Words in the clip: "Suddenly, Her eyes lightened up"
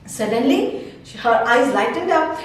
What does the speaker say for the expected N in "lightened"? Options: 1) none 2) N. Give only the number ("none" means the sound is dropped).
1